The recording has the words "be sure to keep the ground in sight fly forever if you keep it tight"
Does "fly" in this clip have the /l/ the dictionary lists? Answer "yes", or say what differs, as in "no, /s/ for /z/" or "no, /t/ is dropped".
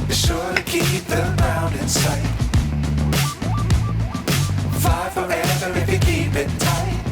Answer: no, /l/ is dropped